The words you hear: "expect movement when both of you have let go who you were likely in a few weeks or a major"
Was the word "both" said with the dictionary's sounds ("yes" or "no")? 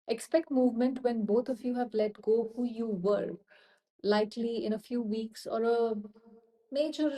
no